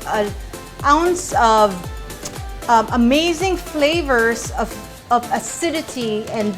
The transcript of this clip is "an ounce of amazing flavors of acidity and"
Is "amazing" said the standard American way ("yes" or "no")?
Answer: yes